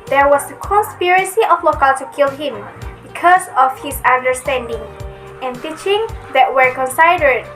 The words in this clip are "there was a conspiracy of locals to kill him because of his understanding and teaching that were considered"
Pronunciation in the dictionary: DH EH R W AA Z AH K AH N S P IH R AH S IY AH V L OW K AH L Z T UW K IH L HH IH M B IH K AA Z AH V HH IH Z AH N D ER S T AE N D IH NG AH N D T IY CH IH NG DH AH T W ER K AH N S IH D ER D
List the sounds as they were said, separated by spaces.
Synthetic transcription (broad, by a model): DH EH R W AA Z AH K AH N S P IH R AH S IY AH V L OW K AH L T UW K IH L HH IH M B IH K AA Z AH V HH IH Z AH N D ER S T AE N D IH NG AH N T IY CH IH NG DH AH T W ER K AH N S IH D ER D